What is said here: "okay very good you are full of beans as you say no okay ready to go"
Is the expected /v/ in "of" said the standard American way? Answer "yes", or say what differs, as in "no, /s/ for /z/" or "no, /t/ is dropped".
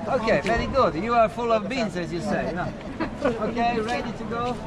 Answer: yes